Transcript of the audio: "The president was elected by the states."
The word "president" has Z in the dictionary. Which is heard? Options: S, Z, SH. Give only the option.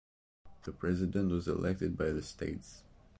Z